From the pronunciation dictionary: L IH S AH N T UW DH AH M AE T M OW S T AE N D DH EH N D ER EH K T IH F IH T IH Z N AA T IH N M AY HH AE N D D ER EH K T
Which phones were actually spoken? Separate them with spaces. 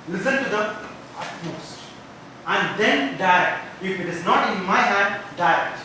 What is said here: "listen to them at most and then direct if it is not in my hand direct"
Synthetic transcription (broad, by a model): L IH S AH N T UW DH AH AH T M OW S T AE N D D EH N D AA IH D IH F IH T IH Z N AA T IH N M AY HH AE D D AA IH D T